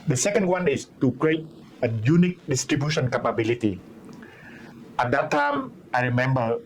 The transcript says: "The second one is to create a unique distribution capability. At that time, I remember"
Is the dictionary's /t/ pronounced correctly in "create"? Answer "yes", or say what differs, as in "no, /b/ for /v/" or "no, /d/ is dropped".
yes